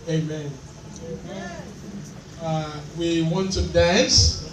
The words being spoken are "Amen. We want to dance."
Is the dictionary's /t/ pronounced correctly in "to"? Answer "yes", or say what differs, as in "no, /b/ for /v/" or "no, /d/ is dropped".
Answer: no, /s/ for /t/